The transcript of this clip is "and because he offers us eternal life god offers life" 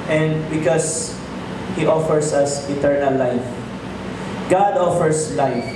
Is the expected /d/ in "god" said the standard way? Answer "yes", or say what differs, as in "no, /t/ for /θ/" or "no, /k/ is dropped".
yes